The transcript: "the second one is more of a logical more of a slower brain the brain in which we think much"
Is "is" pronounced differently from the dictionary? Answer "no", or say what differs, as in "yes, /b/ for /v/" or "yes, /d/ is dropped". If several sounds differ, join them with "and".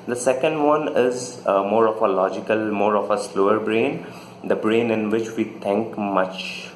no